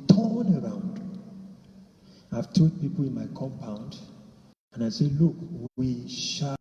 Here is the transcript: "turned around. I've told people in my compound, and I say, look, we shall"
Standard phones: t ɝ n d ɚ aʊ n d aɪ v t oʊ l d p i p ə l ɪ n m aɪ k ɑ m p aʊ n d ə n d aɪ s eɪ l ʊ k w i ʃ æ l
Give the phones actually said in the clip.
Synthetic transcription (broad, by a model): t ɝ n ɚ aʊ n d aɪ v t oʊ d p i p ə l ɪ n m aɪ k ɑ m p aʊ n d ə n aɪ s eɪ l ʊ k w i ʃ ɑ